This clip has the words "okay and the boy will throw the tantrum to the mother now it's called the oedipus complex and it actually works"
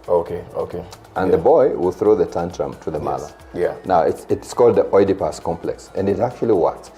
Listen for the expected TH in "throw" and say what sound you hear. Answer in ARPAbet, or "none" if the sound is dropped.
TH